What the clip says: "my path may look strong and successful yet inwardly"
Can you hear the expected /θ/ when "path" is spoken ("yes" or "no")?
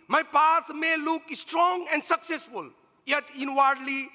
no